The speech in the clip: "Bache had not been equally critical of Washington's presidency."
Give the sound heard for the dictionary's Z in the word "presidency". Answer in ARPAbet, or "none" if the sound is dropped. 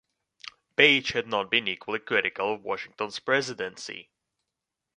Z